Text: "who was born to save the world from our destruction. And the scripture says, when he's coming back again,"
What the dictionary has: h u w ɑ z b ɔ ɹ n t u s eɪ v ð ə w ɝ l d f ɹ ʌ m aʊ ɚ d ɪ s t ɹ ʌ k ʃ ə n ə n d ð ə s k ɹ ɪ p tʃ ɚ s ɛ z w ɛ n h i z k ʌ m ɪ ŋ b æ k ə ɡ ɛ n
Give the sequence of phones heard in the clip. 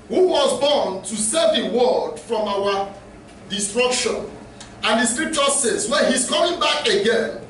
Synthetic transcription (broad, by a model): h u w ɑ z b ɔ n t u s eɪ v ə w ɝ d f ɹ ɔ m aʊ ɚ d ɪ s t ɹ ʌ k ʃ ə n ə n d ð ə s k ɹ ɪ p tʃ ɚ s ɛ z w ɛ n h i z k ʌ m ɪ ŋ b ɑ k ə ɡ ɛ n